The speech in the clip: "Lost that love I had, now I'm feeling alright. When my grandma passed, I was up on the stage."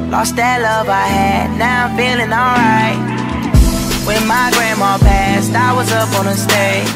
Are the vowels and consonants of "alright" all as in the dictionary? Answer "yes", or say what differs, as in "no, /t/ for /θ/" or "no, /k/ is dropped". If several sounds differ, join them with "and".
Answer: yes